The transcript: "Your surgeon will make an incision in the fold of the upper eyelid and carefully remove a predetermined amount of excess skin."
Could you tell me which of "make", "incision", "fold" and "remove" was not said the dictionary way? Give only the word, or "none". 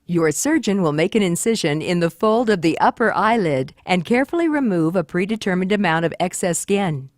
none